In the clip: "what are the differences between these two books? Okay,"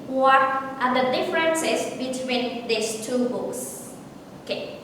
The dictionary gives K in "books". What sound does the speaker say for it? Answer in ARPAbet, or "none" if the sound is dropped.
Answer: none